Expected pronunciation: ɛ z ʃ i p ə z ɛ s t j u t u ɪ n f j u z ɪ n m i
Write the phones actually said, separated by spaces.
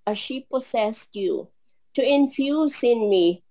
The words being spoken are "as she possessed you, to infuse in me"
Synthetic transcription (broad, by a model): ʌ ʃ i p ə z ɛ s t j u t u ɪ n f j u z ɪ n m i